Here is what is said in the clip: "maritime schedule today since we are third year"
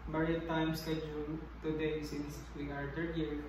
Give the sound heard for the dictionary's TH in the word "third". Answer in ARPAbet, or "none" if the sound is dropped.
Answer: T